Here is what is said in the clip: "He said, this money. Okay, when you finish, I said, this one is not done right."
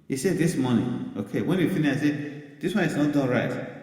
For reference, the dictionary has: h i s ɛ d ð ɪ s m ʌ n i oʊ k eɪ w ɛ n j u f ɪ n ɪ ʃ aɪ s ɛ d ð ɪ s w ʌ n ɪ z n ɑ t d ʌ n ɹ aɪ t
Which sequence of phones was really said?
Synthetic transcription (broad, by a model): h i s ɛ d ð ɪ s m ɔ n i oʊ k eɪ w ɛ n j u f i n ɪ aɪ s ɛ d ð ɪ s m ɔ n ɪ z n ɑ t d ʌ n ɹ aɪ t